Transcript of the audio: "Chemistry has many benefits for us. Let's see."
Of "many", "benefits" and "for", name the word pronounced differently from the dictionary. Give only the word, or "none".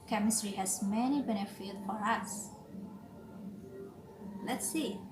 benefits